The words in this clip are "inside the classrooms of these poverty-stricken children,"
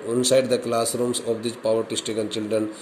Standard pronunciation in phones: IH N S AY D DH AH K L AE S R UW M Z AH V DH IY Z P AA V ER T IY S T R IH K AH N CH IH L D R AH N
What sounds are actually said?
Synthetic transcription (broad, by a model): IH N S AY D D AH K L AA S R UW M S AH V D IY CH P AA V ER T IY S T IH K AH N CH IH L D R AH N